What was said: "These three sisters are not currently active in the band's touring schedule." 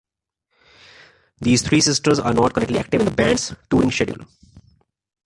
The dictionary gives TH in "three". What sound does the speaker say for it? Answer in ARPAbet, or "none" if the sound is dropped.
T